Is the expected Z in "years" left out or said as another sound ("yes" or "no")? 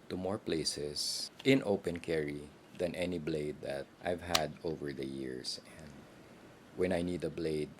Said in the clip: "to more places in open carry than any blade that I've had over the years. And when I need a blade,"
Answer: yes